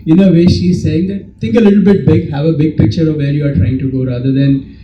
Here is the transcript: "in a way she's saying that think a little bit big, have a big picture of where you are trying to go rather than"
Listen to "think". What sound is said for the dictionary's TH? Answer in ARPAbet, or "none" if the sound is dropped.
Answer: T